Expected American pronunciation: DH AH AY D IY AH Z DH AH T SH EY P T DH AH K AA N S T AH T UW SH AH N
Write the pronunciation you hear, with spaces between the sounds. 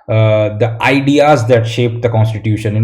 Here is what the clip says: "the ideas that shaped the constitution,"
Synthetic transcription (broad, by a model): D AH AY D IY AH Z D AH T SH EY P T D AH K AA N S T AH T UW SH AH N